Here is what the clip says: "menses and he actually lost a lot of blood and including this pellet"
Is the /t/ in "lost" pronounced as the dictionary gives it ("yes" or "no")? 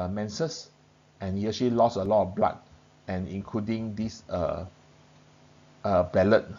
no